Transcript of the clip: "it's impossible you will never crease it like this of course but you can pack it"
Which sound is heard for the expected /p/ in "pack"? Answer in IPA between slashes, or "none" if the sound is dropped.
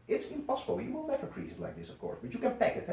/p/